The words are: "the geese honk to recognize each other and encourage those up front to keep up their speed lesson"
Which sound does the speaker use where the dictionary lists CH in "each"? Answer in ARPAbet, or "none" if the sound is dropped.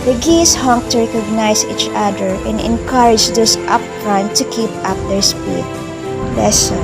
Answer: CH